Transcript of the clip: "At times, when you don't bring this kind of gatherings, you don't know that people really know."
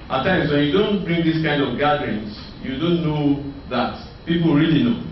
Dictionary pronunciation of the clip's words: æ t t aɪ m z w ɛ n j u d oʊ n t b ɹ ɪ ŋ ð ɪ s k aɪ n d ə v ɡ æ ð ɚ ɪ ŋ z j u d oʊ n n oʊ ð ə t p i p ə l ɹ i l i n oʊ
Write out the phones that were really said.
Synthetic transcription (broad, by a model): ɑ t t aɪ m s w ɛ n j u d oʊ n t b ɹ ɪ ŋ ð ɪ s k aɪ n d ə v ɡ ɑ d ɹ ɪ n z j u d oʊ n n oʊ ð ə t p i p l ɹ i l i n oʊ